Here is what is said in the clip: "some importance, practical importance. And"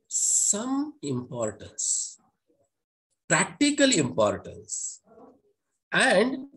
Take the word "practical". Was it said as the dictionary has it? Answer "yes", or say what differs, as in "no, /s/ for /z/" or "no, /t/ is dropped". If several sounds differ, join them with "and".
yes